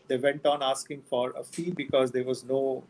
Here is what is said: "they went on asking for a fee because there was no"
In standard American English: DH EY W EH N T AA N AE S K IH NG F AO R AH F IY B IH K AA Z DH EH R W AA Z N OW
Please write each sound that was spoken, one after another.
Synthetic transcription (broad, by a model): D EY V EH N T AA N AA S K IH NG F AO R AH F IY B IH K AA Z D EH R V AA Z N OW